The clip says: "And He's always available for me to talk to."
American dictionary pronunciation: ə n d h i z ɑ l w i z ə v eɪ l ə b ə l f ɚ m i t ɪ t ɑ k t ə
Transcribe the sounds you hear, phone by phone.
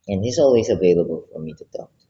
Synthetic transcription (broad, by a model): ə n h i z ɑ l w i z ə v eɪ l ə b ə l f ɚ m i t ɪ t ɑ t